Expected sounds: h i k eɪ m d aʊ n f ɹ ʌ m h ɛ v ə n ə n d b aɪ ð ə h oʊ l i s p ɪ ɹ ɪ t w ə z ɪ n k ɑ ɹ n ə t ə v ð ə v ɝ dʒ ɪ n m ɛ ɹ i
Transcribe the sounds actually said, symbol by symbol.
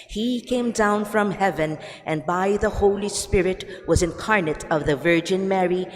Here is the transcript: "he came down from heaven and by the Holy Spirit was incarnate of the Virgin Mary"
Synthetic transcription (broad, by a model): h i k eɪ m d aʊ n f ɹ ʌ m h ɛ v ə n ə n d b aɪ ð ə h oʊ l i s p ɪ ɹ ɪ t w ə z ɪ n k ɑ ɹ n ə t ə v ð ə v ɝ dʒ ɪ n m ɛ ɹ i